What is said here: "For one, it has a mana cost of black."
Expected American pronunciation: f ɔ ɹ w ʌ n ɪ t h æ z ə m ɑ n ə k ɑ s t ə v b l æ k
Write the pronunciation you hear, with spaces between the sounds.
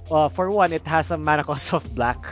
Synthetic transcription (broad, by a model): f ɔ ɹ w ʌ n ɪ t h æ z ə m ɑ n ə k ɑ s ə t b l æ k